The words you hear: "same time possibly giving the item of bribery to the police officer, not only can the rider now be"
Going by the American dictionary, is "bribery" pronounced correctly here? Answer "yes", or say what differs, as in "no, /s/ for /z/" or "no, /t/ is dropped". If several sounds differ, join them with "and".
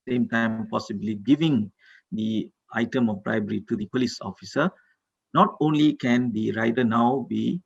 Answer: yes